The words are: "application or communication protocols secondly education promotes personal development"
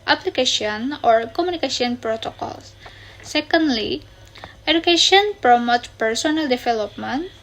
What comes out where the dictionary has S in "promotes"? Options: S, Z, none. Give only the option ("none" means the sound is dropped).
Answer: none